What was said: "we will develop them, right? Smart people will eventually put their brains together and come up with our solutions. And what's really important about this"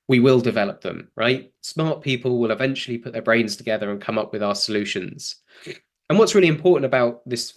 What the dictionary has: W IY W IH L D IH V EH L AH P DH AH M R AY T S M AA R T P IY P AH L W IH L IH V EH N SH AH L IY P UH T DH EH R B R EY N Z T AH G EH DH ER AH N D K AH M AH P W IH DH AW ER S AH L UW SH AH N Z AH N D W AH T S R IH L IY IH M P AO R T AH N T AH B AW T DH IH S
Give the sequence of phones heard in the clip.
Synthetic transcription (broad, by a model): W IY W IH L D IH V EH L AH P DH AH M R AY T S M AA T P IY P AH L W IH L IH V EH N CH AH L IY P UH T DH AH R B R EY N Z T AH G EH DH ER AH N K AH M AH P W IH DH AW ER S AH L UW SH AH N Z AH N W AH T S R IH L IY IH M P AO T N T AH B AW T DH IH S